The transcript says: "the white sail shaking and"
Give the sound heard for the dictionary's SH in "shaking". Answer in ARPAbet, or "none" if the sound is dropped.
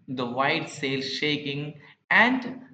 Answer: SH